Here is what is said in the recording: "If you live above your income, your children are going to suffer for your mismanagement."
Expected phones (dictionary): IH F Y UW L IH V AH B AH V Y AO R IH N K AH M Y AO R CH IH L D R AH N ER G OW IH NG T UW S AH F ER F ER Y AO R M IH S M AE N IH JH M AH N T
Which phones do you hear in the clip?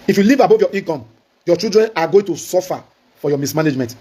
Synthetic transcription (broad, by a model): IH F Y UW L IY V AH B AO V Y AO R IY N K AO M Y AO CH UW D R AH N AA G OW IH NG T UW S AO F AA F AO Y AO M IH S M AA N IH JH M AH N T